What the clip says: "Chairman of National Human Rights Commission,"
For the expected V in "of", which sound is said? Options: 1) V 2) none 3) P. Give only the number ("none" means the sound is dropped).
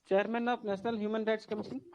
3